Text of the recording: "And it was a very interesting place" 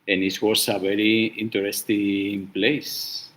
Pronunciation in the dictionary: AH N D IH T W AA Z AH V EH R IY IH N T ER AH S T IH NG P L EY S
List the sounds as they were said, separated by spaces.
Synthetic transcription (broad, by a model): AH N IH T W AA S AH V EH R IY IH N T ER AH S T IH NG P L EY S